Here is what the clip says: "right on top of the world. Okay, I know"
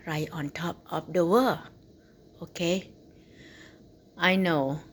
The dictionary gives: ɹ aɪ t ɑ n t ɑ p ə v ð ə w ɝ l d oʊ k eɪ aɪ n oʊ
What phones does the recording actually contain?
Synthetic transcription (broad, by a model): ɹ aɪ t ɑ n t ɑ p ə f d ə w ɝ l oʊ k eɪ aɪ n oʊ